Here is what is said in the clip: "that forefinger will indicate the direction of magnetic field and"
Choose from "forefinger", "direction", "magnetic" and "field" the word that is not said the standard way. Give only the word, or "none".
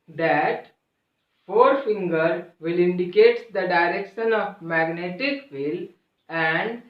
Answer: field